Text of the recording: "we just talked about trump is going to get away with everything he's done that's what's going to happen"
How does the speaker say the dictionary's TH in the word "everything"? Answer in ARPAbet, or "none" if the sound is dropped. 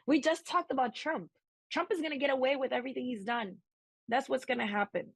TH